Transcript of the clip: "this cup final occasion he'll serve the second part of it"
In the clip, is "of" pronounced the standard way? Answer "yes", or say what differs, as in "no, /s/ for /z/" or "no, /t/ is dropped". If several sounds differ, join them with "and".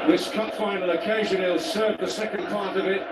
yes